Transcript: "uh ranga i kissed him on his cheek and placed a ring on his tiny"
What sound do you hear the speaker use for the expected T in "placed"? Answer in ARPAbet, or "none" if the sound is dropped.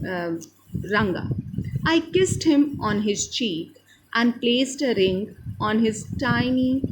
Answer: T